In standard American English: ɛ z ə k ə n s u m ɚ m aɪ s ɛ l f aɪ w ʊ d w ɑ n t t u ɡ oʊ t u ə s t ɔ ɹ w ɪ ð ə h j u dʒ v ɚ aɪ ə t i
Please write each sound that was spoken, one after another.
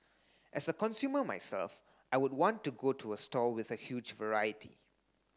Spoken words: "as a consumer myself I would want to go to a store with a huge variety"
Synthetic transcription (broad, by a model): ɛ s ə k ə n s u m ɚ m aɪ s ɛ l f aɪ w ʊ d w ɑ n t t u ɡ oʊ t u ə s t ɔ l w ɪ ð ə h j u dʒ v ɚ aɪ ə t i